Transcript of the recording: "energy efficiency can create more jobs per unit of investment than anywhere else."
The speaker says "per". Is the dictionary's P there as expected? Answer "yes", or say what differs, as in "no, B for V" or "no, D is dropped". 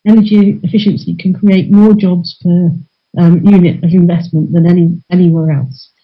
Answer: no, F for P